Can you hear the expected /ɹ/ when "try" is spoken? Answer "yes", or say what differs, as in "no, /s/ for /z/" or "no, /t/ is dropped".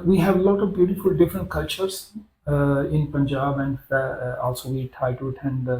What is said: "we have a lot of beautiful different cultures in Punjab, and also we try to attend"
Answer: no, /ɹ/ is dropped